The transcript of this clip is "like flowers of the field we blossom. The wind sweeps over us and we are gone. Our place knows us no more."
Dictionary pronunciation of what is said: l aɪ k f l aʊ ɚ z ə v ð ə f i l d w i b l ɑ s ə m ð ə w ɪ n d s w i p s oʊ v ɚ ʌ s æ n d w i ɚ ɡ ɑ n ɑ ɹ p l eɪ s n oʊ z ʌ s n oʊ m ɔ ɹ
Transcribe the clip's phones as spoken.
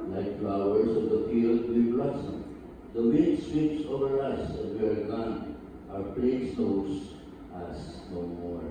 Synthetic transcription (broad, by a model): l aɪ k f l aʊ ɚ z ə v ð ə f i l d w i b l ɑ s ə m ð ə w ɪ d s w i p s oʊ v ɚ ʌ s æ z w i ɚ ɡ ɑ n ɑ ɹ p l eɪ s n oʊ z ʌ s n oʊ m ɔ ɹ